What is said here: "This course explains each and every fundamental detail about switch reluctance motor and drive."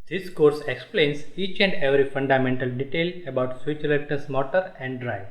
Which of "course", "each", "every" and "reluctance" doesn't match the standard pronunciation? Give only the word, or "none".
reluctance